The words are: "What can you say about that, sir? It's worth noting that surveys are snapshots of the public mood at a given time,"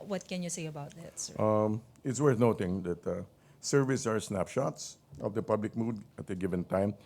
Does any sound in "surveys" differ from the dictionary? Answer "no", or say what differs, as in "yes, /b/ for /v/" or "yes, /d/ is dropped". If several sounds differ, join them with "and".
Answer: yes, /s/ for /z/